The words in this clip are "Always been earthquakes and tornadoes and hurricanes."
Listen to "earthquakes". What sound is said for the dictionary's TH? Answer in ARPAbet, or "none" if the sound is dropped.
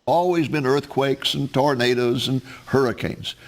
TH